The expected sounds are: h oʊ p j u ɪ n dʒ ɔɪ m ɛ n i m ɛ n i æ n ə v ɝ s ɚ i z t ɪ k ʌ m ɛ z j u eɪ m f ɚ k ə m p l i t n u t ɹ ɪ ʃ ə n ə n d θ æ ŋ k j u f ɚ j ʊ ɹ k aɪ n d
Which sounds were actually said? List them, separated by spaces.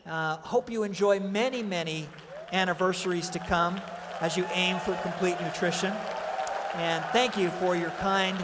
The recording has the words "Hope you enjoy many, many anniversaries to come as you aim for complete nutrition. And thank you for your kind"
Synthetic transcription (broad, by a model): h oʊ p j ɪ ɪ n dʒ ɔɪ m ɛ n i m ɛ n i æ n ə v ɝ s ɚ i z t ɪ k ʌ m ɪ z j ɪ eɪ m f ɚ k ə m p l i t n u t ɹ ɪ ʃ ə n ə n θ æ ŋ k j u f ɚ j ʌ ɹ k aɪ n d